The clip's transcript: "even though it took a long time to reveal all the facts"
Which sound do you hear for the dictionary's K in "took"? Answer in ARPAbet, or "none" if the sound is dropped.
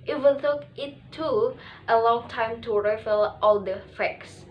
none